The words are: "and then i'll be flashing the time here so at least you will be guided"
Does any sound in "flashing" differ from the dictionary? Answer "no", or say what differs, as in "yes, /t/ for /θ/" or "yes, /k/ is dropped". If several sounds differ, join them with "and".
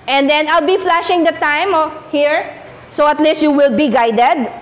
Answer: no